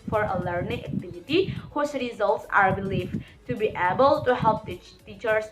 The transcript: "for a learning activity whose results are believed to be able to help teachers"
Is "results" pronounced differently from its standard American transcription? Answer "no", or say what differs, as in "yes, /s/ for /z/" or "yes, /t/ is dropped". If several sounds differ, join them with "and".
no